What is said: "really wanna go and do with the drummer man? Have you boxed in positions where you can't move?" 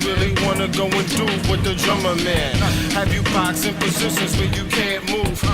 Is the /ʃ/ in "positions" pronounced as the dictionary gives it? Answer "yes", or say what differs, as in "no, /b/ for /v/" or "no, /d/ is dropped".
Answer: no, /s/ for /ʃ/